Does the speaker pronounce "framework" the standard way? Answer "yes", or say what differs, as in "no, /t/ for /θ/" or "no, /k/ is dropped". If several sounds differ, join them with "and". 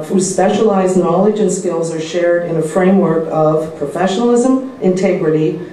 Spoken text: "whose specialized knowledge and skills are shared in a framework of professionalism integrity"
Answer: yes